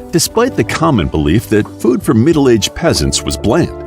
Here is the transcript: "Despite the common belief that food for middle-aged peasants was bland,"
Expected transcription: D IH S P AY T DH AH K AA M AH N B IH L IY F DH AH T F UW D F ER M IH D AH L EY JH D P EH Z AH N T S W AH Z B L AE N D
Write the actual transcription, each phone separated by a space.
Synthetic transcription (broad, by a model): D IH S P AY T DH AH K AA M AH N B IH L IY F DH AH T F UW D F ER M IH D L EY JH P EH Z AH N T S W AH Z B L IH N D